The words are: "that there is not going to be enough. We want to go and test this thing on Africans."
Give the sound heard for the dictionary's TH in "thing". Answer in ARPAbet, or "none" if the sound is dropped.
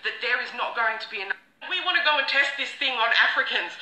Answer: TH